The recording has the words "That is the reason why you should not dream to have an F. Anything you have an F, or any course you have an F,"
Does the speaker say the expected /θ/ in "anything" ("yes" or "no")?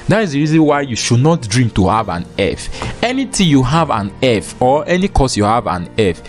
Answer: no